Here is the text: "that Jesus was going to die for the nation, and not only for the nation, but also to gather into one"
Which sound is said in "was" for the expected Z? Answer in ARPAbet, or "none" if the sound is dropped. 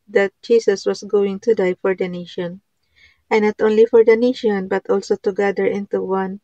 S